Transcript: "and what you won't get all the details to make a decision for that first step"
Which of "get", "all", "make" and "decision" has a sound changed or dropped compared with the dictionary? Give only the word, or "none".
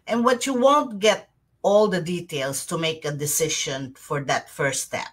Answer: decision